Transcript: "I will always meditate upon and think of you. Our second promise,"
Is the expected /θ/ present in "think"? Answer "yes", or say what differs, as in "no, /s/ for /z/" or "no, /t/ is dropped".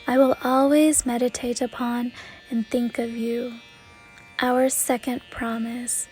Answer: yes